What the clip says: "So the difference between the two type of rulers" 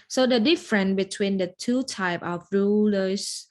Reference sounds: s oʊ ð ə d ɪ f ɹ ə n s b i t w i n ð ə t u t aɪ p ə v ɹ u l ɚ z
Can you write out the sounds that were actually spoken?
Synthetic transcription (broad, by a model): s oʊ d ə d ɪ f ɹ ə n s b i t w i n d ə t u t aɪ p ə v ɹ u l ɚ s